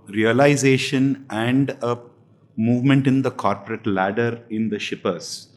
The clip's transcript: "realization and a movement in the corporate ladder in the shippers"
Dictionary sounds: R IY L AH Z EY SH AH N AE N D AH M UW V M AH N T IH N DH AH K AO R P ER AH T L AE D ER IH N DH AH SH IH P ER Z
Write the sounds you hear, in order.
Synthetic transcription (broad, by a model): R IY L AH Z EY SH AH N AE N D AH M UW V M AH N T IH N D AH K AO R P ER AH T L AE D ER IH N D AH SH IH P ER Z